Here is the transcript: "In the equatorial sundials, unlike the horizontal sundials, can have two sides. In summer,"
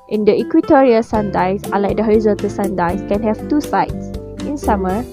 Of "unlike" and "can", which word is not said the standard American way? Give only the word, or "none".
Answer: unlike